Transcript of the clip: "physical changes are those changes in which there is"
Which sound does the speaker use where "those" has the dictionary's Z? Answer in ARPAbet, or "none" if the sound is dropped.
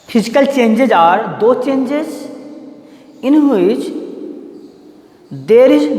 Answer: none